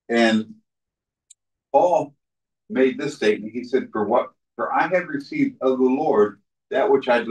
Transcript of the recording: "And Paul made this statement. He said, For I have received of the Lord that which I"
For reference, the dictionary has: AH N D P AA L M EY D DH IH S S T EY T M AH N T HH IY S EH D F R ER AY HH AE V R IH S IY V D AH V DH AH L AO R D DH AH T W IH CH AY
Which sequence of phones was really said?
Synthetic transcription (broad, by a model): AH N P AA L M EY D DH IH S S T EY T M AH N T HH IY S EH D F R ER AY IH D R IH S IY V D AH V DH AH L AO R D DH AH T W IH CH AY